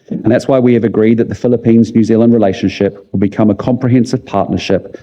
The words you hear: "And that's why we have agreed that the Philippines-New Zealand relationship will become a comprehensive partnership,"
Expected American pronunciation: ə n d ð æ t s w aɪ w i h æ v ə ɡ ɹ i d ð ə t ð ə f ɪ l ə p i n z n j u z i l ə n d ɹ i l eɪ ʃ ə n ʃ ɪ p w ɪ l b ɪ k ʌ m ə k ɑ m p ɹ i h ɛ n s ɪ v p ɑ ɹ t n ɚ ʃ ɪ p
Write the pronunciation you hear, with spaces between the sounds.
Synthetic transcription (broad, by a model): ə n ð æ t s w aɪ w i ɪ v ə ɡ ɹ i d ð ə t ð ə f ɪ l ə p i n z n j u z i l ə n d ɹ i l eɪ ʃ ə n ʃ ɪ p w ɪ l b ɪ k ʌ m ə k ɑ m p ɹ i h ɛ n s ɪ v p ɑ t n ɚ ʃ ɪ p